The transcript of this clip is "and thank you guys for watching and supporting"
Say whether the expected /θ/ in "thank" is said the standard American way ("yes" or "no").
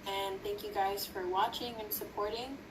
yes